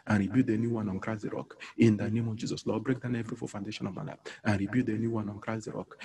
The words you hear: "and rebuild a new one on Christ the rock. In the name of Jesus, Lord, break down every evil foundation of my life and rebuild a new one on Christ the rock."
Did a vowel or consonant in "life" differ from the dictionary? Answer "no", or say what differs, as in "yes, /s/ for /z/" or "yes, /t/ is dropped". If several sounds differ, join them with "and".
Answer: yes, /f/ is dropped